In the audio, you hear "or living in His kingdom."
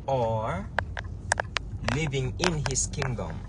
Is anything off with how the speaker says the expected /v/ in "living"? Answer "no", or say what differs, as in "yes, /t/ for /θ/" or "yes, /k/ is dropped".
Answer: no